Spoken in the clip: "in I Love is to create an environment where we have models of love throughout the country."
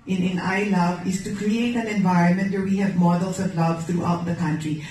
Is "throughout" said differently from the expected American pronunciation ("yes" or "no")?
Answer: yes